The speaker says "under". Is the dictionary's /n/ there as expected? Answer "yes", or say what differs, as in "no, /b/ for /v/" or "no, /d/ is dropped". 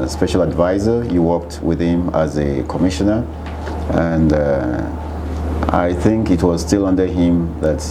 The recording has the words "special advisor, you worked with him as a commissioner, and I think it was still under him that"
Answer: yes